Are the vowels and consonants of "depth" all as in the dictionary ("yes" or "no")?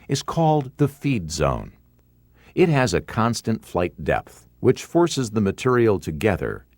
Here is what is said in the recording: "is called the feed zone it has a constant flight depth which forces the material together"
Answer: yes